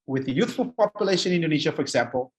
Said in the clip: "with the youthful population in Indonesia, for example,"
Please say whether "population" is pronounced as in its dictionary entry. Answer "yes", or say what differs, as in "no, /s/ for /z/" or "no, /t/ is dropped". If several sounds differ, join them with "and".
no, /ʃ/ is dropped